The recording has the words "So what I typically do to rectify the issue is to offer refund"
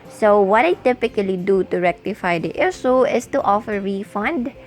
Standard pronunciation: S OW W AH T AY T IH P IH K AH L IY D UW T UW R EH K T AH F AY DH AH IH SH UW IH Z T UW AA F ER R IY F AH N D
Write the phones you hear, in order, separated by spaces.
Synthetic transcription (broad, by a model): S OW W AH T AY T IH P IH K AH L IY D UW T UW R EH K T AH F AY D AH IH S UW IH S T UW AA F ER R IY F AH N D